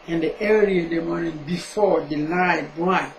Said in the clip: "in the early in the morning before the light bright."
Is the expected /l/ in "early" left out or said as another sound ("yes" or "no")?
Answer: yes